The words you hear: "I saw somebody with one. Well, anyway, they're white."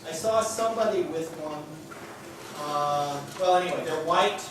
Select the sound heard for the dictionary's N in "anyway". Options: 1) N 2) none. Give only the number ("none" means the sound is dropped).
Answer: 2